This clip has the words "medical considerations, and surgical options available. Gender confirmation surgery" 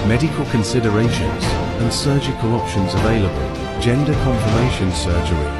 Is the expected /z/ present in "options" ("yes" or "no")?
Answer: yes